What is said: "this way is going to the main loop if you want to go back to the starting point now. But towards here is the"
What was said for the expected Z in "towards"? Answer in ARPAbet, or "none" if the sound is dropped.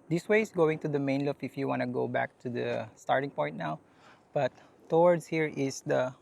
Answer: S